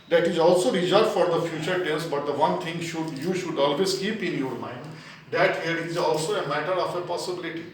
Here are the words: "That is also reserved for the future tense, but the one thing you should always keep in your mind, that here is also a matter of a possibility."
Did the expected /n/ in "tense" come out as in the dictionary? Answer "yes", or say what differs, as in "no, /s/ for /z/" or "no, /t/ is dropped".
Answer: no, /l/ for /n/